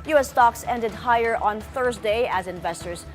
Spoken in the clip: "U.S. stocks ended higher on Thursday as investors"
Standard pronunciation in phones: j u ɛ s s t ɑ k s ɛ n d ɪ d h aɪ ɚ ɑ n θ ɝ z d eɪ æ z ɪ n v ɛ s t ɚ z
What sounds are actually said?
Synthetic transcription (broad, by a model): j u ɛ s s t ɑ k s ɛ n d ɪ d h aɪ ɚ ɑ n θ ɝ z d eɪ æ z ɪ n v ɛ s t ɚ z